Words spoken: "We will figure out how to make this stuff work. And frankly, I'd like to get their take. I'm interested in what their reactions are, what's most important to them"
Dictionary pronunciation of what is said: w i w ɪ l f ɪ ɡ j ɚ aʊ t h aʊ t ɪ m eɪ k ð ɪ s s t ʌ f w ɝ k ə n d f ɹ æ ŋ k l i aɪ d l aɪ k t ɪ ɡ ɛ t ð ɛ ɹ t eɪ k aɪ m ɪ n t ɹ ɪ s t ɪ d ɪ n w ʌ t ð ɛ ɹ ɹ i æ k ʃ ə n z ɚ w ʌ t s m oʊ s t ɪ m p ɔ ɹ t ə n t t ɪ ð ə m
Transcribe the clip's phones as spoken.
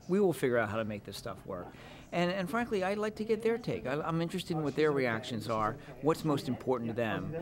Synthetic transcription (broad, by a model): w i w ɪ l f ɪ ɡ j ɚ aʊ t h aʊ t ɪ m eɪ k ð ɪ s s t ʌ f w ɝ k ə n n f ɹ æ ŋ k l i aɪ d l aɪ k t ɪ ɡ ɛ t ð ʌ ɹ t eɪ k aɪ m ɪ n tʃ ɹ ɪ s t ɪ d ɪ n w ʌ t ð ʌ ɹ ɹ i æ k ʃ ə n z ɚ w ʌ t s m oʊ s t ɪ m p ɔ ɹ t n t t ɪ ð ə m